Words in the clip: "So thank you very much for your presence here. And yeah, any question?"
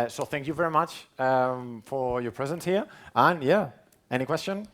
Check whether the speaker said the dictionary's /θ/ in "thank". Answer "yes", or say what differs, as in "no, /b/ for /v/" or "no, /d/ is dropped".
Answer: yes